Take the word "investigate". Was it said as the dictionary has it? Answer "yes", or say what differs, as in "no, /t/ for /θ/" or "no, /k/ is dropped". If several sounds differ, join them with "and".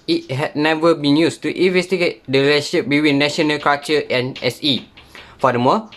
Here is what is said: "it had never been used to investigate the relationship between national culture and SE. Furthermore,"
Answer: yes